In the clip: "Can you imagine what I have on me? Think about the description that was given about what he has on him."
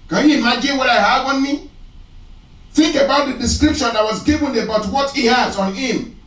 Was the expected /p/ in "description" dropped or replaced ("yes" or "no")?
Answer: no